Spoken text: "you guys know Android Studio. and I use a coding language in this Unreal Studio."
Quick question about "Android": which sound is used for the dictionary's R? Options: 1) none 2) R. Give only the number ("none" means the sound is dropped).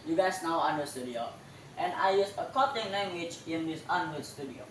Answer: 1